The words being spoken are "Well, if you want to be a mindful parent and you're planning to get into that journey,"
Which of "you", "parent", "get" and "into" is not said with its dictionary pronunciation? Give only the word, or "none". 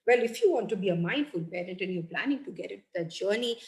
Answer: into